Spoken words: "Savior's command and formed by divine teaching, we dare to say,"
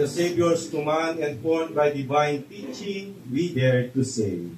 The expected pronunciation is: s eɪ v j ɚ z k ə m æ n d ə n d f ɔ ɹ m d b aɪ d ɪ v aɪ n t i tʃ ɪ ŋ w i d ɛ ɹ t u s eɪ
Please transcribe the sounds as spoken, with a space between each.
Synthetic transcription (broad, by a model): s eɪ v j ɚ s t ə m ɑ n ə n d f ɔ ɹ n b aɪ d ɪ v aɪ n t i tʃ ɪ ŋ w i d ɛ ɹ t u s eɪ